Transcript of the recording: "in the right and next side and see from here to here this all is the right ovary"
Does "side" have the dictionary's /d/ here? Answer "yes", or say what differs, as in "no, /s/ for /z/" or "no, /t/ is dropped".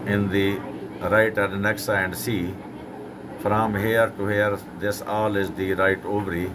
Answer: no, /d/ is dropped